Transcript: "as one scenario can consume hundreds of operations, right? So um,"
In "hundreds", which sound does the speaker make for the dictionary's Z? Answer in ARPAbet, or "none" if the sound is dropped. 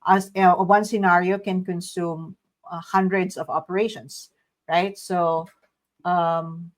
S